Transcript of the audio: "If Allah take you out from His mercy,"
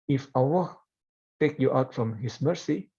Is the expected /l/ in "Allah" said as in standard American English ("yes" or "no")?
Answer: no